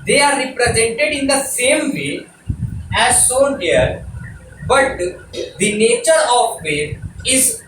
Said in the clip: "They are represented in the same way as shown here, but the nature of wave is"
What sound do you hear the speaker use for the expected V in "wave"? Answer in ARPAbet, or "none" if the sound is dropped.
none